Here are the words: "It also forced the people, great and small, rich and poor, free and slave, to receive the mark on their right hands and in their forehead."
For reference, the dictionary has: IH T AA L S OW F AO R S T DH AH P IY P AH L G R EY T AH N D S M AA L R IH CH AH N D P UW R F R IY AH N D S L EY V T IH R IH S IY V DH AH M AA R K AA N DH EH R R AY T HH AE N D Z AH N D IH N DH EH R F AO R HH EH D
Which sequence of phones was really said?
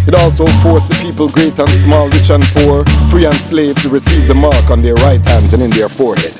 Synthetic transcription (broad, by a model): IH T AA L S OW F AO R S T DH AH P IY P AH L G R EY T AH N S M AA L R IH CH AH N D P UW R F R IY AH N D S L EY V T IH R IH S IY V DH AH M AA R K N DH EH R R AY T HH AE N D Z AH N IH N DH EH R F AO R HH EH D